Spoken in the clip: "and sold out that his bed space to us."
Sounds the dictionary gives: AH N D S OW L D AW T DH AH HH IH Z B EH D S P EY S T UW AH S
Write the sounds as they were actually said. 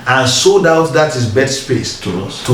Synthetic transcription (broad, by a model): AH N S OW D AW T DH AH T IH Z B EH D S P EY S T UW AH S